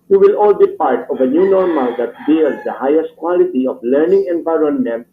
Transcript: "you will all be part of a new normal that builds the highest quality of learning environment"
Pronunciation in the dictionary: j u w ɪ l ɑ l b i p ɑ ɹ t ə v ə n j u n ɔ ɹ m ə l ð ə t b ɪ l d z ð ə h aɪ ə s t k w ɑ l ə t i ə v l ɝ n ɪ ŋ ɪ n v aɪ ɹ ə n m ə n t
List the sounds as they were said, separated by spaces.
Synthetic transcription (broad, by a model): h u w ɪ l ɑ l b i p ɑ ɹ t ə v ə n j u n ɔ ɹ m ə l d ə t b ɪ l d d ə h aɪ ə s t k w ɑ l ə t i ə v l ɝ n ɪ ŋ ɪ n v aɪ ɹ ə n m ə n